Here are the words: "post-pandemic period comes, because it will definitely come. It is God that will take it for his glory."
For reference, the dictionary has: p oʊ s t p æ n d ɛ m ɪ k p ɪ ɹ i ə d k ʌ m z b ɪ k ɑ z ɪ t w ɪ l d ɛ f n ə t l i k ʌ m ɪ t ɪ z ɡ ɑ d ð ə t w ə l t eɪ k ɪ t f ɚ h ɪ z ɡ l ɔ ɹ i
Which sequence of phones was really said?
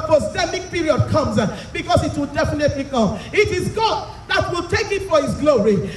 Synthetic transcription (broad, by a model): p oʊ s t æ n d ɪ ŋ p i ɹ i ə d k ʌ m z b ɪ k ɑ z ɪ t w ɪ l d ɛ f n ə t l i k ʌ ɪ t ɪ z ɡ ɑ d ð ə t w ə l t eɪ k ɪ t f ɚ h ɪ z ɡ l ɔ ɹ i